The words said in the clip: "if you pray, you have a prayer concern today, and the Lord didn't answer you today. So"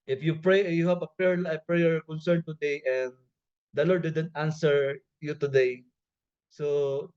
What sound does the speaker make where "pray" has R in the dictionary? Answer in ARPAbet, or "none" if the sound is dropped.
R